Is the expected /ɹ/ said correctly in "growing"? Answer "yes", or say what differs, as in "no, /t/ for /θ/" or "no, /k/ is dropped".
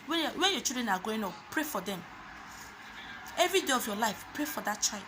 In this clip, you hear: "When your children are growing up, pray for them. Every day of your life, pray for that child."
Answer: no, /ɹ/ is dropped